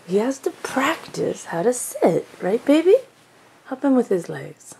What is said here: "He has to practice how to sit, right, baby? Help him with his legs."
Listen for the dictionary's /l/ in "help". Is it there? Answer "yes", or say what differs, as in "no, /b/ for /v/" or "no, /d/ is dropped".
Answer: no, /l/ is dropped